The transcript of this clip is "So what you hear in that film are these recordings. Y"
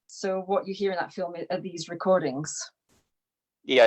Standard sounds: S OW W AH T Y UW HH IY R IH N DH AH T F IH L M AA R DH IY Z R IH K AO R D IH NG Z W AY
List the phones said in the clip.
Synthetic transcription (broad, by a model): S OW W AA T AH HH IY R IH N DH AH T F IH L M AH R DH IY Z R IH K AO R D IH NG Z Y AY